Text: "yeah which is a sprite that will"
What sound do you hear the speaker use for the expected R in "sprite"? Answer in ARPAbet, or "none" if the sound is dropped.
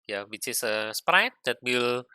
R